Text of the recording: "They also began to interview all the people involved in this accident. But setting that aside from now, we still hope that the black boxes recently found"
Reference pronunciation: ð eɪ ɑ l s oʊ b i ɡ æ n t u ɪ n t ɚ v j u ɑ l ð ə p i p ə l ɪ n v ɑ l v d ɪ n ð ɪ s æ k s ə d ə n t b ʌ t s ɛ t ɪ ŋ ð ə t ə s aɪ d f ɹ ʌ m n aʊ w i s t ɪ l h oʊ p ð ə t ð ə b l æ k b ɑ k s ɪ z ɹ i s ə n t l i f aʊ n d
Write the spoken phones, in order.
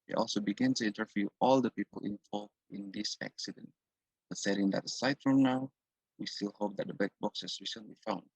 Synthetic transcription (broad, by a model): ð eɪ ɑ l s oʊ b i ɡ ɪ n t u ɪ n t ɚ v j u ɑ l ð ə p i p ə l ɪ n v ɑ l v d ɪ n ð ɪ s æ k s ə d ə n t b ʌ t s ɛ t ɪ ŋ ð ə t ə s aɪ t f ɹ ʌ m n aʊ w i s t ɪ l h oʊ p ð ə t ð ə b æ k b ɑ k s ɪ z ɹ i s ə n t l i f aʊ n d